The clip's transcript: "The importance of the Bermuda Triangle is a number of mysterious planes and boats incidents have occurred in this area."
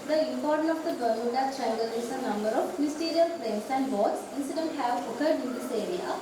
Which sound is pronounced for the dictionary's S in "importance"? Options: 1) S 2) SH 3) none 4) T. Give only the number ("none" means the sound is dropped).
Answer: 3